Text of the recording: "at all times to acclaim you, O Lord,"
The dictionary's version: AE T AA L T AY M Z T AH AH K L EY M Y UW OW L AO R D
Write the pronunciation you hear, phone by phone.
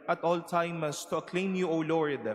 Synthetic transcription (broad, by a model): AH T AA L T AY M S T AH AH K L EY M Y UW OW L AO R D